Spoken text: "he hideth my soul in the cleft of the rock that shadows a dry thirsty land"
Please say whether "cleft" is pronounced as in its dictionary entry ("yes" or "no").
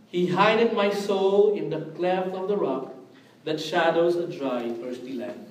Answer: no